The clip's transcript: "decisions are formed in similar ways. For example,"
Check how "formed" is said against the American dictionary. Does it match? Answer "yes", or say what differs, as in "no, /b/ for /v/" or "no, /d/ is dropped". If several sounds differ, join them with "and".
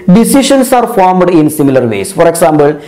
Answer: yes